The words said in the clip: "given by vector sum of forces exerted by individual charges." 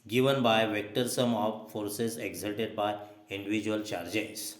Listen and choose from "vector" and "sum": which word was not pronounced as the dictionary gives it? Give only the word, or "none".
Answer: none